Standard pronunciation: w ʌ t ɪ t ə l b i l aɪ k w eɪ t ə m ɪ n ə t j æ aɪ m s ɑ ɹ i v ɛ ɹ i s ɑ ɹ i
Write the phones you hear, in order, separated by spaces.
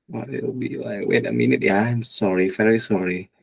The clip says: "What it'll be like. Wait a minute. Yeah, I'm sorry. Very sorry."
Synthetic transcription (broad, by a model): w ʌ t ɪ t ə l b i l aɪ k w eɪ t ə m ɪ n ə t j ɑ aɪ m s ɑ ɹ i f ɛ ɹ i s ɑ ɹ i